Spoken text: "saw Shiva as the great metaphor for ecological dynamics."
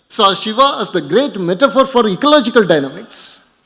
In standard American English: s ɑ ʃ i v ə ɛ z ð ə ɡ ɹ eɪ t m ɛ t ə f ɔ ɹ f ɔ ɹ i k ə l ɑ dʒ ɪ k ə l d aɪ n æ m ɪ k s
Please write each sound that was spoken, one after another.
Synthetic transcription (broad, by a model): s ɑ ʃ i v ə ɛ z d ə ɡ ɹ eɪ t m ɛ t ə f ɔ ɹ f ɔ ɹ i k ə l ɑ dʒ ɪ k ə l d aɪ n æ m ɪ k s